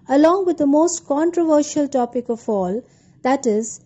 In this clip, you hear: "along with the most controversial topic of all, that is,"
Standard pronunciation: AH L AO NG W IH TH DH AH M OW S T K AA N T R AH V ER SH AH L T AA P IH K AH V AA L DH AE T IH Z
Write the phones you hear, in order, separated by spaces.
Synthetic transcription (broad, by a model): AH L AO NG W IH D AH M OW S T K AA N T R AH V ER SH AH L T AA P IH K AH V AA L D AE T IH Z